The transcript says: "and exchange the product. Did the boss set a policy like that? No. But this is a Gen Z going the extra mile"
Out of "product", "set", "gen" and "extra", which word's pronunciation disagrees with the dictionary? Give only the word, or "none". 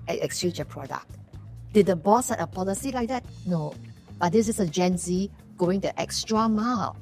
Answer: none